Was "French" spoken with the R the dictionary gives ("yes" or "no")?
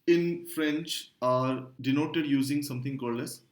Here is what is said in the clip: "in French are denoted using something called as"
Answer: yes